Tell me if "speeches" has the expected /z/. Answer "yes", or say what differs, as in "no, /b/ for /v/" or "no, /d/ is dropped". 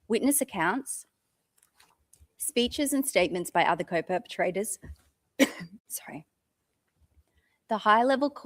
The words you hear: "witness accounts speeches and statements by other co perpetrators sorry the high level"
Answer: yes